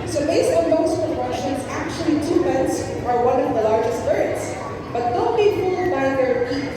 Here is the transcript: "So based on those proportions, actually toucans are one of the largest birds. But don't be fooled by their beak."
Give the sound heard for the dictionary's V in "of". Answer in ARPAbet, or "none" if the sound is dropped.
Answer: V